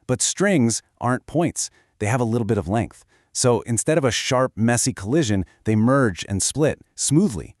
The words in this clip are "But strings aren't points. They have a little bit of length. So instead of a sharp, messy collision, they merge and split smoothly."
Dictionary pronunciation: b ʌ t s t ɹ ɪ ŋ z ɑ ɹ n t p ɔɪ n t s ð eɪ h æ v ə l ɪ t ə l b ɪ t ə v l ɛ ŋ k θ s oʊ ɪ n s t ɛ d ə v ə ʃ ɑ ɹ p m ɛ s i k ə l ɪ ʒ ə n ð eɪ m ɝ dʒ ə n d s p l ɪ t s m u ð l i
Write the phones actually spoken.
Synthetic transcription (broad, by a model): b ʌ t s t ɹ ɪ ŋ z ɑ ɹ n p ɔɪ n t s ð eɪ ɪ v ə l ɪ t l b ɪ t ə v l ɛ ŋ k θ s oʊ ɪ n s t ɛ d ə v ə ʃ ɑ ɹ p m ɛ s i k ə l ɪ ʒ ə n ð eɪ m ɝ dʒ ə n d s p l ɪ t s m u ð l i